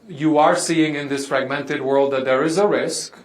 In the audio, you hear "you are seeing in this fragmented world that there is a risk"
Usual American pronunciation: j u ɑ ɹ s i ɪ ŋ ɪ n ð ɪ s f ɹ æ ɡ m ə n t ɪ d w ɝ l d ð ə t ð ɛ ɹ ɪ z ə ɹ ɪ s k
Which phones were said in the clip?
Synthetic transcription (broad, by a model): j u ɑ ɹ s i ɪ ŋ ɪ n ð ɪ s f ɹ æ ɡ m ə n t ɪ d w ɝ l d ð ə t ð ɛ ɹ ɪ z ə ɹ ɪ s k